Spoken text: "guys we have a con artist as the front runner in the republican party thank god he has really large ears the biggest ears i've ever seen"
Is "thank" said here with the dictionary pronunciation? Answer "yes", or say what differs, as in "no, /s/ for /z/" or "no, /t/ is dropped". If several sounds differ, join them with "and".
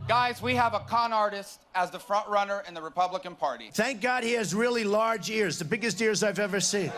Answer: yes